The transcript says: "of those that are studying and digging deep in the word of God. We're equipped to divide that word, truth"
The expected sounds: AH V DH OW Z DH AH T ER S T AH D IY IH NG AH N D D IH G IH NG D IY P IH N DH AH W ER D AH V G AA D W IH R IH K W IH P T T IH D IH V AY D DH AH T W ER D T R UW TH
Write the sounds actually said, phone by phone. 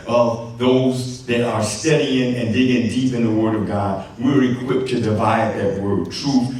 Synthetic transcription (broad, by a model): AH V DH OW Z DH AH T ER S T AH D IY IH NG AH N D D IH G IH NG D IY P IH N DH AH W ER D AH V G AA D W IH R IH K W IH P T T IH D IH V AY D DH AH T W ER D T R UW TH